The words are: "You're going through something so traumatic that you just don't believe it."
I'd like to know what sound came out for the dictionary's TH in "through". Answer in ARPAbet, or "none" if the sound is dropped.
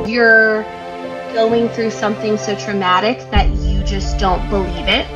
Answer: TH